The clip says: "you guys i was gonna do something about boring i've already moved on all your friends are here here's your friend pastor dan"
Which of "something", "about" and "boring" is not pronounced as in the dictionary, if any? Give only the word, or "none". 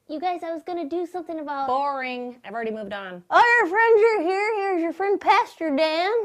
none